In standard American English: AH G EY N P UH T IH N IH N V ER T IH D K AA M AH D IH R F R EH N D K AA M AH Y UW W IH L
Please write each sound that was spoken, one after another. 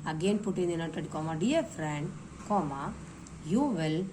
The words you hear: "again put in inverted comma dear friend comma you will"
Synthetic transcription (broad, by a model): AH G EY N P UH T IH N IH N ER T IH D K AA M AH D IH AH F R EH N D K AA M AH Y UW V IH L